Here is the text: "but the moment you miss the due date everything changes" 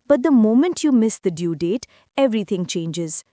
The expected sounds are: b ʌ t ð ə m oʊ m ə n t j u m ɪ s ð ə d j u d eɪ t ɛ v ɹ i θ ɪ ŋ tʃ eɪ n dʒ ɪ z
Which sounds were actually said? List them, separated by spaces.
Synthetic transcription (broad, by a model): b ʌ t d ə m oʊ m ə n t j u m ɪ s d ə d j u d eɪ t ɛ v ɹ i t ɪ ŋ tʃ eɪ n dʒ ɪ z